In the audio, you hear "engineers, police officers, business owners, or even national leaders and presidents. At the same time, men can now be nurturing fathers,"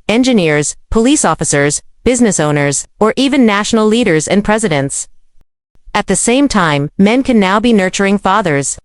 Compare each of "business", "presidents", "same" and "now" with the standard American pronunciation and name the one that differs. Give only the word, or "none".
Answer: none